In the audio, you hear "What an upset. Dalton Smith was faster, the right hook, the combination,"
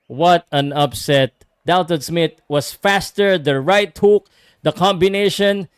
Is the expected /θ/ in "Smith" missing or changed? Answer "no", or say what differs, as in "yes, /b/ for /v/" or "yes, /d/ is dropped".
yes, /t/ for /θ/